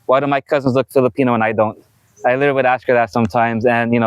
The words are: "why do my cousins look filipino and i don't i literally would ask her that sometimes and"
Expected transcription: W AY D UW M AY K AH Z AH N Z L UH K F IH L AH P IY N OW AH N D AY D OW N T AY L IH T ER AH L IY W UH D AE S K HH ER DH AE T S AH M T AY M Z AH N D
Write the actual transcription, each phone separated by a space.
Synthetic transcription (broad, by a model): W AY D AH M AY K AH Z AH N Z L UH K F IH L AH P IY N OW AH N AY D OW N T AY L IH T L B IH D AE S K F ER DH AE T S AH M T AY M Z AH N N